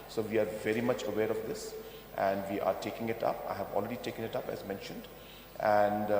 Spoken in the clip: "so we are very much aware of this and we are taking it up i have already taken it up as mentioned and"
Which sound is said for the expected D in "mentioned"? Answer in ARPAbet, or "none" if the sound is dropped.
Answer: D